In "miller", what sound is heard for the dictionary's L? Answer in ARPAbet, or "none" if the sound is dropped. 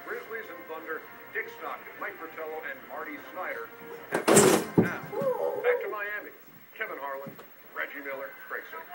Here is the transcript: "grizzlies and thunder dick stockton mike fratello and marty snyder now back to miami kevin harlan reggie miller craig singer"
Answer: L